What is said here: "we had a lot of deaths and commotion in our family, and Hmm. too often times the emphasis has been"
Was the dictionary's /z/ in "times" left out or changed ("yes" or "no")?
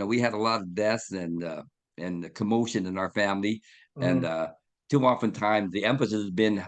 no